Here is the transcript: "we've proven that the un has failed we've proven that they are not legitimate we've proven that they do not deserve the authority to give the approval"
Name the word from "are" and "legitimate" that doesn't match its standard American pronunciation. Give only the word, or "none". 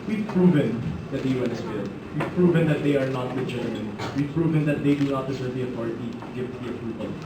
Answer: legitimate